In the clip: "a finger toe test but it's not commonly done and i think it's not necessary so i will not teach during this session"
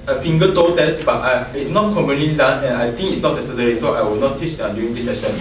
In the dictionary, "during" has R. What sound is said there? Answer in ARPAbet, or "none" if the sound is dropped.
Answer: none